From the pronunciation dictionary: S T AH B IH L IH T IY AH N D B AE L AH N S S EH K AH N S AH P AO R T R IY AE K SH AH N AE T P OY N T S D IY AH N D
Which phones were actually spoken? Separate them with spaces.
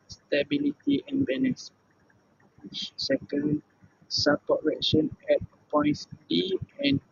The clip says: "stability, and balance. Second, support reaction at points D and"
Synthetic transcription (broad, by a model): S T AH B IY L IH T IY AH N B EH N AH S S EH K AH N S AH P AO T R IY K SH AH N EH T P OY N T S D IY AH N